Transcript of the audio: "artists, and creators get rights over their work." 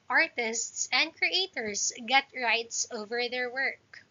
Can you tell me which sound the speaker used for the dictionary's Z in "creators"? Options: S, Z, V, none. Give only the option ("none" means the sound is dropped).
S